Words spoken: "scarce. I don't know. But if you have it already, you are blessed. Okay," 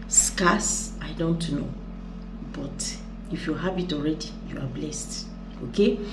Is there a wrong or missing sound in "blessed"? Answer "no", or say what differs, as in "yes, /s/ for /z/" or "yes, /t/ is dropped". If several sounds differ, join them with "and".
no